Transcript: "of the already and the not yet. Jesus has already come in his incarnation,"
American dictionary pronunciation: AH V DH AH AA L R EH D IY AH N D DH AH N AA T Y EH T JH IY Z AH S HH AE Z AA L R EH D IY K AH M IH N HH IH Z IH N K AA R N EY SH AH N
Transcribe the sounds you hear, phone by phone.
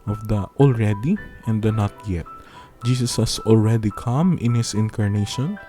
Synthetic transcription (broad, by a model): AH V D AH AA L R EH D IY AH N D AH N AA T Y EH T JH IY S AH S HH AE S AA L R EH D IY K AH M IH N HH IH S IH N K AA R N EY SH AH N